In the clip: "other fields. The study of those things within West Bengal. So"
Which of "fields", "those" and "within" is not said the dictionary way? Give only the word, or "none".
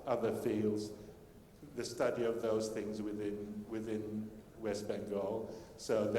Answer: none